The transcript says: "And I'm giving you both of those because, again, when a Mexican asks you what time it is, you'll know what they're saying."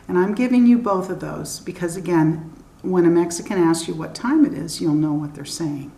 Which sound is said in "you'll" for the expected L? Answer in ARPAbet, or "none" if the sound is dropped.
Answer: L